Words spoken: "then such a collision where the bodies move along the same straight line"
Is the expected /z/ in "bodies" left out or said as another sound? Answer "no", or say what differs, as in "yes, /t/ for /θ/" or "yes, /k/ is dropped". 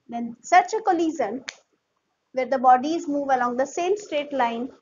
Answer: no